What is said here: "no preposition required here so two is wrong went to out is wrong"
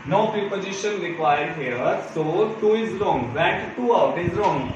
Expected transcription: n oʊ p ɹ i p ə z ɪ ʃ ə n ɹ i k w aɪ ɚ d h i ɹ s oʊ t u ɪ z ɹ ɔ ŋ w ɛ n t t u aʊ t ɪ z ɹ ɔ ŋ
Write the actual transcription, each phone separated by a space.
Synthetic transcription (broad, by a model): n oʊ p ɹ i p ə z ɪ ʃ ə n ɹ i k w aɪ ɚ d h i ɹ s oʊ t u ɪ z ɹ ɔ ŋ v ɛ t t u aʊ t ɪ z ɹ ɔ ŋ